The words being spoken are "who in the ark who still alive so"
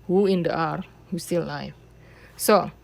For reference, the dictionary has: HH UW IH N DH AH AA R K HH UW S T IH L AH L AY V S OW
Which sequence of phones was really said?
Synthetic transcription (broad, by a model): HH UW IH N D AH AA R HH UW S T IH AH L AY F S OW